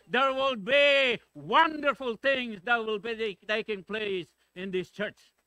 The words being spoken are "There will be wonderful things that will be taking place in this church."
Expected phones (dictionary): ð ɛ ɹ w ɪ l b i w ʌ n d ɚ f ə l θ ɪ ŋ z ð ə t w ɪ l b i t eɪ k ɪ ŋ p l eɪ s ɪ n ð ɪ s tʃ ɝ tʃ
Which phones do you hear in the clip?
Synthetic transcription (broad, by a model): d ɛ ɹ w ɪ l b i w ʌ n d ɚ f ə l t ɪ ŋ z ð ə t w ɪ l b i t eɪ k ɪ ŋ p l eɪ s ɪ n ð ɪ s tʃ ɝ tʃ